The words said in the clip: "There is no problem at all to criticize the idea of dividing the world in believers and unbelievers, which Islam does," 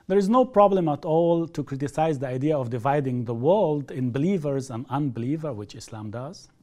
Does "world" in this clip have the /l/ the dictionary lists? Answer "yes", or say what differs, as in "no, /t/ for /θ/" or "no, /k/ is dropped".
yes